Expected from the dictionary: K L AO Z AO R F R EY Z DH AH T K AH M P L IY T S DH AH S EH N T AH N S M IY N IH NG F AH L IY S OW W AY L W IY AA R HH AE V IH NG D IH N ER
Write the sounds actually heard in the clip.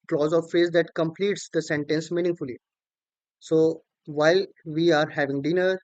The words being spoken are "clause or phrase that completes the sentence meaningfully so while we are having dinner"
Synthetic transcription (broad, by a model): K L AO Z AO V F EY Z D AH T K AH M P L IY T S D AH S EH N T AH N S M IY N IH NG F AH L IY S OW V AY L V IY AA R HH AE V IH NG D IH N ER